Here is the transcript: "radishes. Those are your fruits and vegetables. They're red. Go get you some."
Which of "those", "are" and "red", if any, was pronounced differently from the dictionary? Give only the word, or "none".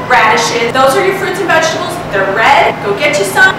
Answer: none